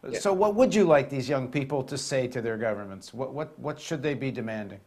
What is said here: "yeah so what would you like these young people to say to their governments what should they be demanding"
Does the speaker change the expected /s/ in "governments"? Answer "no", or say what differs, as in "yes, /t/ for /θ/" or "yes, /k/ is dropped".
no